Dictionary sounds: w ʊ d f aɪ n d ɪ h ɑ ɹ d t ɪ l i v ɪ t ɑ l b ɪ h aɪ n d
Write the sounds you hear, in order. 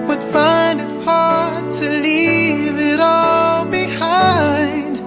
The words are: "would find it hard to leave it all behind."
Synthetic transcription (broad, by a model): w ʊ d f aɪ n d ɪ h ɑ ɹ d t ɪ l i v ɪ t ɑ l b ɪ h aɪ n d